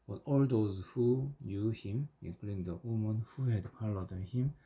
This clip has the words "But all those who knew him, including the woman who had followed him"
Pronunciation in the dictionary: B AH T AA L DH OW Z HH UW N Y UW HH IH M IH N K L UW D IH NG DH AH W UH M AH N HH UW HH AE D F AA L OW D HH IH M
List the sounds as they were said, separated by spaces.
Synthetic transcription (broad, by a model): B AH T AA L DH OW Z HH UW N Y UW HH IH M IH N K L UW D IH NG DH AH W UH M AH N HH UW HH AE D P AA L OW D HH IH M